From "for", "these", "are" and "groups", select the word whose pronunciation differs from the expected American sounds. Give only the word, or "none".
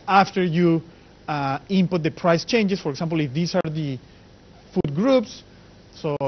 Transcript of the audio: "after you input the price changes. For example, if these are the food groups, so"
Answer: these